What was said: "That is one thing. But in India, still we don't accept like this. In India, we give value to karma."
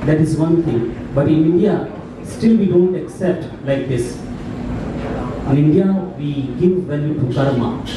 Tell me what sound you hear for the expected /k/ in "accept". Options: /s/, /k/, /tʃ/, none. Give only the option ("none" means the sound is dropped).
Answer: /k/